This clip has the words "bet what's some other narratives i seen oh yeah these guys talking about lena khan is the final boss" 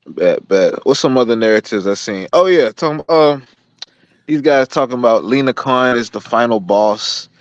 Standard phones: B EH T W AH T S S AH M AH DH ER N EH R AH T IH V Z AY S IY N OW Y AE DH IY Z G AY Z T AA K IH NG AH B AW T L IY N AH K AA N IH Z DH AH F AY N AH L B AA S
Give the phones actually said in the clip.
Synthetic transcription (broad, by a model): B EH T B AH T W S AH M AH DH ER N EH R AH T IH V Z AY S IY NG OW Y AE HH IY Z G AY Z T AA K IH NG AH B AW T L IY N AH K AA N IH Z DH AH F AY N L B AA S